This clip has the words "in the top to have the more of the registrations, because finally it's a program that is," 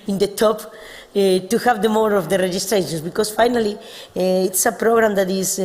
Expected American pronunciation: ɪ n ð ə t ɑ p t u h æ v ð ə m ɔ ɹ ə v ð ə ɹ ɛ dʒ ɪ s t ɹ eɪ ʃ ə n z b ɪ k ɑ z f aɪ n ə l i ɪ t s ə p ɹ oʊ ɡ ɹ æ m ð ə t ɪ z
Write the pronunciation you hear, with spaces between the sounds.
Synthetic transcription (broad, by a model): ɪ n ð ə t ɑ p t u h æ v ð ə m ɔ ɹ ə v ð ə ɹ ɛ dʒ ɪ s t ɹ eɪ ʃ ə n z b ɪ k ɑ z f aɪ n ə l i ɪ t s ə p ɹ oʊ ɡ ɹ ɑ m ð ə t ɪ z